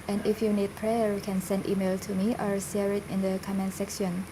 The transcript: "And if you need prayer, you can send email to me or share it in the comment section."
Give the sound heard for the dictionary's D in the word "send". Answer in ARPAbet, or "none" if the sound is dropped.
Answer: D